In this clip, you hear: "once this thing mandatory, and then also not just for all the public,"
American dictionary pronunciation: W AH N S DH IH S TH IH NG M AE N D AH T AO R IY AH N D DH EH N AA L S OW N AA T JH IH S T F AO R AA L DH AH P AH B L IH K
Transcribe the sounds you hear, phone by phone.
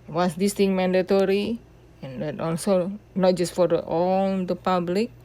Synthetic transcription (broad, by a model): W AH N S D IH S T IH NG M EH N D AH T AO R IY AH N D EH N AA L S OW N AA T JH IH S T F AO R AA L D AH P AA B L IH K